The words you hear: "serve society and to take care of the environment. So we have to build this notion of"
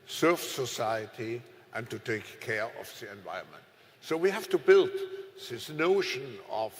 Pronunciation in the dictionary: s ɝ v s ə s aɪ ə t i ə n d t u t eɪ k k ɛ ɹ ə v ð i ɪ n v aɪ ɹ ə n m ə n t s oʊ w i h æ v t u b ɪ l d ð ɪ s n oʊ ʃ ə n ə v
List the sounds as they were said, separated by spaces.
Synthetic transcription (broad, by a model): s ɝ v s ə s aɪ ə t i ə n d t u t eɪ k k ɛ ɹ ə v ð i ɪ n v aɪ ə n m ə n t s oʊ w i h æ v t u b ɪ l d ð ɪ s n oʊ ʃ ə n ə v